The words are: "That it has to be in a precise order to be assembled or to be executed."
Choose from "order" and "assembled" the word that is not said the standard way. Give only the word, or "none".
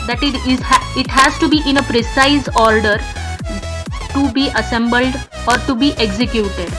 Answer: none